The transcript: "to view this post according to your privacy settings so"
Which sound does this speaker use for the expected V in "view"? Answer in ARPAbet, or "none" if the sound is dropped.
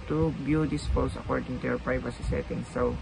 B